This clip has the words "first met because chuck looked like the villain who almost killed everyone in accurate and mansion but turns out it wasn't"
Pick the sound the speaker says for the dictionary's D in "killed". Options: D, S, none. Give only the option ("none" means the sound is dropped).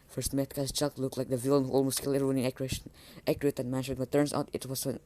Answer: none